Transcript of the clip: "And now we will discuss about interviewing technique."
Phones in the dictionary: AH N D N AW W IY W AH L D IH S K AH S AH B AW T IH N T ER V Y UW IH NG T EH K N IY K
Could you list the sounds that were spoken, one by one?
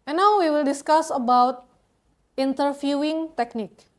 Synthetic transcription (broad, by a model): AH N N AW W IY W AH L D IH S K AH S AH B AW T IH N T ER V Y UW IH NG T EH K N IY K